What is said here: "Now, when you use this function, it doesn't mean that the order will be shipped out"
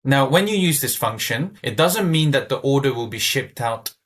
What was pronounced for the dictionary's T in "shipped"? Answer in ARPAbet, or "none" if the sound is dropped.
T